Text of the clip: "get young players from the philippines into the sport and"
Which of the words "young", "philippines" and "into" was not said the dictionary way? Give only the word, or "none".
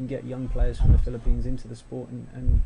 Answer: none